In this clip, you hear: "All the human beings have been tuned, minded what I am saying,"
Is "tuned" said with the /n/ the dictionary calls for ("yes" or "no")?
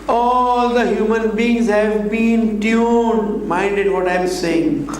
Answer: no